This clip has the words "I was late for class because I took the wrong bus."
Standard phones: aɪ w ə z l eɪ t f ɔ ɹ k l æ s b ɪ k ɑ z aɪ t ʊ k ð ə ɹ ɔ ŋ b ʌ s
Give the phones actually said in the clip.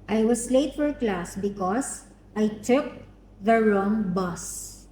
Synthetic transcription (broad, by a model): aɪ w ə s l eɪ t f ɔ ɹ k l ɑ s b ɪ k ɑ s aɪ t ʊ k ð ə ɹ ɔ ŋ b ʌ s